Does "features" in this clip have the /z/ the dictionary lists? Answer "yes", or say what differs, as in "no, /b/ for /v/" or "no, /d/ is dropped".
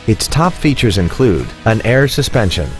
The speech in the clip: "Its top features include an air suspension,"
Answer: yes